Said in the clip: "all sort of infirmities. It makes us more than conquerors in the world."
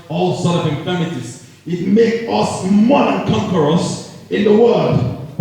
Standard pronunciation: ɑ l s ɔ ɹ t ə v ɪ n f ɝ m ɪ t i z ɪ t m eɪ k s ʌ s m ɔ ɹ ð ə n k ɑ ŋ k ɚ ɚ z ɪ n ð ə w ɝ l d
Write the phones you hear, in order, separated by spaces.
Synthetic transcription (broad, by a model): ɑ l s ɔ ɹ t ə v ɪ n f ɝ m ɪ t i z ɪ t m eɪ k ʌ s m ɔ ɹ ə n k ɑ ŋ k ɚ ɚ s ɪ n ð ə w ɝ l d